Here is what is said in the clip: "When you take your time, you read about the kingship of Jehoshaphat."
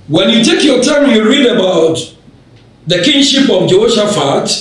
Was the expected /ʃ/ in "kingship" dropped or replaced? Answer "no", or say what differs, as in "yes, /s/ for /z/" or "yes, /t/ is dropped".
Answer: no